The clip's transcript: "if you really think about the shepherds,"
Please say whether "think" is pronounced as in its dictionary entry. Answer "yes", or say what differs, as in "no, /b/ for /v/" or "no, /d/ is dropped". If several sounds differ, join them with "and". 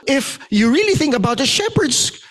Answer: yes